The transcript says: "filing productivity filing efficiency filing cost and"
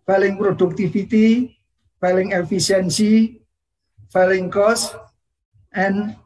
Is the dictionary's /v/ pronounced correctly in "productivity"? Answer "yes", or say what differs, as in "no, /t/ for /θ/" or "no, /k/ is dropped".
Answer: no, /f/ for /v/